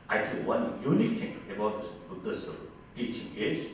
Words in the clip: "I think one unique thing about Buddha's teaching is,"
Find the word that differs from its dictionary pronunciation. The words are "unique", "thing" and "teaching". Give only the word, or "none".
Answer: thing